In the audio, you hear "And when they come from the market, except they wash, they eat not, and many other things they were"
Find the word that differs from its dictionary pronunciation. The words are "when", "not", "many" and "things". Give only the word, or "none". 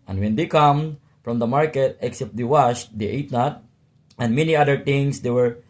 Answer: things